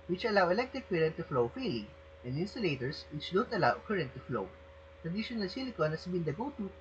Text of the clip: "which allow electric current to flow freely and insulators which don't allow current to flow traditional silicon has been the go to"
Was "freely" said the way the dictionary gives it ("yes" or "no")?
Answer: no